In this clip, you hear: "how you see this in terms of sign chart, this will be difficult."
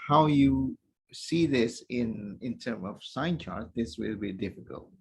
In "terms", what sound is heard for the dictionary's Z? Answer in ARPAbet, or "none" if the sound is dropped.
none